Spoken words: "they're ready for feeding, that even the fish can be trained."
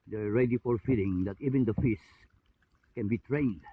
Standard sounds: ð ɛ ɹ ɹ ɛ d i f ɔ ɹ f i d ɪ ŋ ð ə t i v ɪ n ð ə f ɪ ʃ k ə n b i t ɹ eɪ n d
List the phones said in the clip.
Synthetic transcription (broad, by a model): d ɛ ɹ ɹ ɛ d i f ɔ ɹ f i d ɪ ŋ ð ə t i v ɪ n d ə f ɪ s k ə n b i t ɹ eɪ n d